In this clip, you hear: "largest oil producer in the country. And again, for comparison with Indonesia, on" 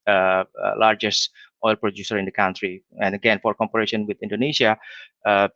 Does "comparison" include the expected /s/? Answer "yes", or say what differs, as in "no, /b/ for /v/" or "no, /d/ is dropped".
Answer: no, /ʃ/ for /s/